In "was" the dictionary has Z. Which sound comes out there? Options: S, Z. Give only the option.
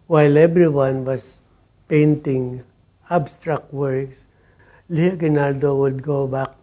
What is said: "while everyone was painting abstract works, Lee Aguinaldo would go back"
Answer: S